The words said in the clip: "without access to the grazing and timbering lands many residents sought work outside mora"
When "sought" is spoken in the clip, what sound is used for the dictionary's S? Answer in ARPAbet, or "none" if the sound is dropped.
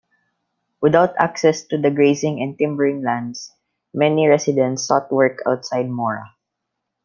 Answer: S